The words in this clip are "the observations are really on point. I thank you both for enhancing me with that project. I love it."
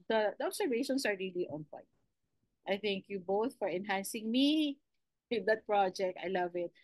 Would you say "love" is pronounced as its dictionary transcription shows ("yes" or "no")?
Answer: yes